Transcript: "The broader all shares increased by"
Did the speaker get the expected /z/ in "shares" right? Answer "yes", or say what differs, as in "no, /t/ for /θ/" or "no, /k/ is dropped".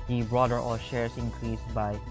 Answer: no, /s/ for /z/